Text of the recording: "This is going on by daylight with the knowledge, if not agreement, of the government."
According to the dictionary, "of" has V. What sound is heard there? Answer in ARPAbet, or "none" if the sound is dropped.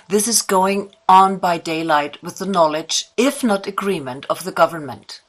V